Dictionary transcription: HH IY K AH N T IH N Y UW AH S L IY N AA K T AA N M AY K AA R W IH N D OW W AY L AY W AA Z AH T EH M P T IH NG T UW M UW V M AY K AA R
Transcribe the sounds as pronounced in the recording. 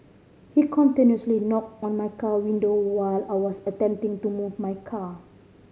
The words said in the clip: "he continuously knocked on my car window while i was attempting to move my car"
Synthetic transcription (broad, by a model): HH IY K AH N T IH N Y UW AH S L IY N AA K T AA N M AY K AA W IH N D OW W AY L AY W AA S AH T EH M P T IH NG T UW M UW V M AY K AA